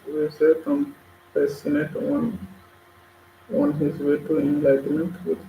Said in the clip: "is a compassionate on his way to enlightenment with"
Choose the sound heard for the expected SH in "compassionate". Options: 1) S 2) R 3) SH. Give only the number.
1